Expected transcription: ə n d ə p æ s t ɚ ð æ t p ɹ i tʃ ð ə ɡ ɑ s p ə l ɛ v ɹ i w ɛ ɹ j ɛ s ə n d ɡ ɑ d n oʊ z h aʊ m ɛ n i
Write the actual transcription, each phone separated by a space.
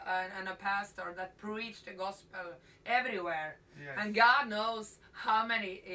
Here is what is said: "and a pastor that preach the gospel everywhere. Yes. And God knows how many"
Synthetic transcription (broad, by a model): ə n ə p æ s t ɚ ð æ t p ɹ i tʃ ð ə ɡ ɑ s p ə l ɛ v ɹ i w ɛ ɹ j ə n ɡ ɑ d n oʊ z h aʊ m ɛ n i